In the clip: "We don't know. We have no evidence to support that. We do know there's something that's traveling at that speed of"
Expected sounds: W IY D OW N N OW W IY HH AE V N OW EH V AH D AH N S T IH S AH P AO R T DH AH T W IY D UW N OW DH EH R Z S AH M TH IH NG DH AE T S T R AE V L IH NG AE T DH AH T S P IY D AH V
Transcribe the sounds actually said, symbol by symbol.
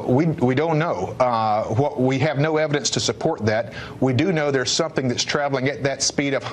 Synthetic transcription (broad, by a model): W IY D OW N N OW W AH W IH V N OW EH V AH D AH N S T IH S AH P AO R T DH AH T W IY D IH N OW DH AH R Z S AH M TH IH NG DH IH T S T R AE V L IH NG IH T DH AH T S P IY D AH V